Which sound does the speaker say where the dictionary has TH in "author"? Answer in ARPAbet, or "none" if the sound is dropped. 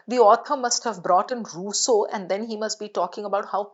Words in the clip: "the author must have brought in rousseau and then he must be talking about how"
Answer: T